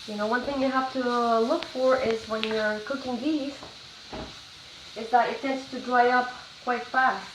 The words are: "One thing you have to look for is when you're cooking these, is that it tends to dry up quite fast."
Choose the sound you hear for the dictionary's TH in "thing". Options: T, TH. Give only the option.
TH